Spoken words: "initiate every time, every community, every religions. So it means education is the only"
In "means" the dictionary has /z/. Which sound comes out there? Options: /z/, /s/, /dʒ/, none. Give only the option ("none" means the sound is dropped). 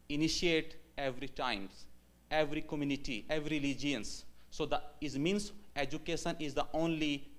/s/